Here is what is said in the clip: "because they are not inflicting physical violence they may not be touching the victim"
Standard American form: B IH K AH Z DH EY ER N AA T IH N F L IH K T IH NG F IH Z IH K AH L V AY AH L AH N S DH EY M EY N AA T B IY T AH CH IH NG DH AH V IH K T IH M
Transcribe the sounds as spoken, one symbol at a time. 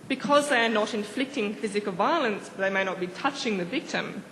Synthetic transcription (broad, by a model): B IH K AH Z DH EY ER N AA T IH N F L IH K T IH NG F IH Z IH K AH L V AY AH L AH N S DH EY M EY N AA T B IY T AH CH IH NG DH AH V IH K T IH M